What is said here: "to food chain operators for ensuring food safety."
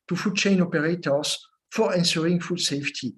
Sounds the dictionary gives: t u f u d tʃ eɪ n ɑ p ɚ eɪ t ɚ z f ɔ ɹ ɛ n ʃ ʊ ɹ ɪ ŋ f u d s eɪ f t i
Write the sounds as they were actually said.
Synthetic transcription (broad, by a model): t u f u d tʃ eɪ n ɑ p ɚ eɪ t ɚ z f ɔ ɹ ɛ n s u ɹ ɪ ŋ f u d s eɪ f t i